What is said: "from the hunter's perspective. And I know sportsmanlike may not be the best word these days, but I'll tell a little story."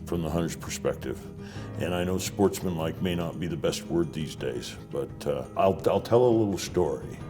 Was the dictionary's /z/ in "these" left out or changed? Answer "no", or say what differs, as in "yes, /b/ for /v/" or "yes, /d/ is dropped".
no